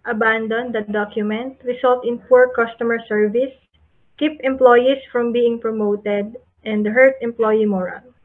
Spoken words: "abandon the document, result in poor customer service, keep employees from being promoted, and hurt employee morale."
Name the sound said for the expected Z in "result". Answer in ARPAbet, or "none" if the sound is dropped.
S